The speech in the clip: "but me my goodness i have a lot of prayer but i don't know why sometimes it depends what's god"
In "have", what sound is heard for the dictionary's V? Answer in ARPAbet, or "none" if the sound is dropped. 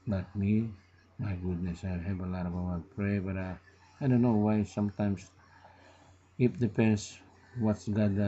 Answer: B